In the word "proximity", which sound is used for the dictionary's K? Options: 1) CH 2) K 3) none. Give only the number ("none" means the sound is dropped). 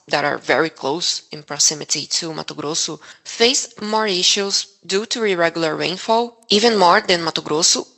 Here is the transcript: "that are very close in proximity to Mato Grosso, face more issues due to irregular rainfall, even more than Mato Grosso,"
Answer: 3